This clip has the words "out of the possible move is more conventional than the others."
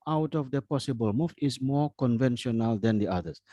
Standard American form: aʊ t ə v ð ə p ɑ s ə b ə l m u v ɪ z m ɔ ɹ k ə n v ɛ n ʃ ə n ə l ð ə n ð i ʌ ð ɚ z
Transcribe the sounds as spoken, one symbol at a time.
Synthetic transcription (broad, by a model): aʊ t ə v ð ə p ɑ s ə b ə l m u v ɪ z m ɔ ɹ k ə n v ɛ n ʃ ə n ə l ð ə n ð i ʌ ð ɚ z